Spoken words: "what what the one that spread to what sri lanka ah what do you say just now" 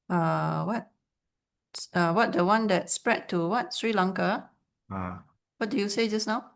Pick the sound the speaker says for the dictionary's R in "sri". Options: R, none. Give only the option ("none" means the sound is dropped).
R